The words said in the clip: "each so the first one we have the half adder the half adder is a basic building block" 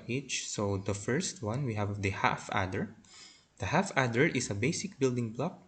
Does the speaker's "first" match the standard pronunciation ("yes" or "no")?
yes